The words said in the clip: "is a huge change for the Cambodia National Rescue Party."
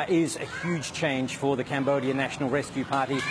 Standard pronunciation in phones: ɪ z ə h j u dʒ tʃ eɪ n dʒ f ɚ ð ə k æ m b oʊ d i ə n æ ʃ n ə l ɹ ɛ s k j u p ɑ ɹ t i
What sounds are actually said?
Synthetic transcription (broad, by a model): ɪ z ə h j u dʒ tʃ eɪ n ʒ f ɚ ð ə k æ m b oʊ d i ə n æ ʃ n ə l ɹ ɛ s k j u p ɑ ɹ t i